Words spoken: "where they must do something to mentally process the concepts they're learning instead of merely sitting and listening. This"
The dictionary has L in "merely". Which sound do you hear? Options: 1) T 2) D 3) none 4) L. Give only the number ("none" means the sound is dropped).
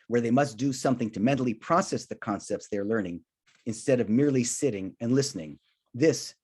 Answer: 4